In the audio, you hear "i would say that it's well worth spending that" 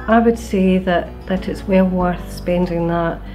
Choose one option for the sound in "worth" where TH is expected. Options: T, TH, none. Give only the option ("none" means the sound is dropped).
TH